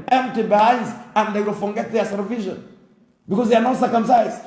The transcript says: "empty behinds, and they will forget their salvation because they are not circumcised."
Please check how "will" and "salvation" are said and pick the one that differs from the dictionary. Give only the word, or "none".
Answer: salvation